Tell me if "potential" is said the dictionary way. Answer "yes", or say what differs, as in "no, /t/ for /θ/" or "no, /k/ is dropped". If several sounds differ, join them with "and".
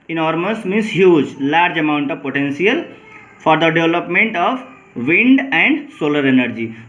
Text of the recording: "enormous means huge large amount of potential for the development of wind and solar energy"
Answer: no, /s/ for /ʃ/